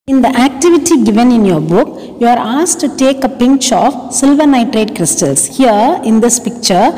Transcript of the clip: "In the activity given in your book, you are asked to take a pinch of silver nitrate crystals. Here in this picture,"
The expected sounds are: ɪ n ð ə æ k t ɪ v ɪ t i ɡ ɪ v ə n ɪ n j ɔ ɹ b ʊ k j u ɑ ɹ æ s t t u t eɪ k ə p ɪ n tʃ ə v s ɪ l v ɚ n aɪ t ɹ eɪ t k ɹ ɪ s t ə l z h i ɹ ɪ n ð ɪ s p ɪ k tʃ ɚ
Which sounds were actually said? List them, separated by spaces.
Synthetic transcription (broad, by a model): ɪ n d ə æ k t ɪ v ɪ t i ɡ ɪ v ə n ɪ n j ɔ ɹ b ʊ k j u ɑ ɹ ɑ s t t u t eɪ k ə p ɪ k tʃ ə f s ɪ l v ɚ n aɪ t ɹ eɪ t k ɹ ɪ s t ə l s h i ɹ ɪ n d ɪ s p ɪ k tʃ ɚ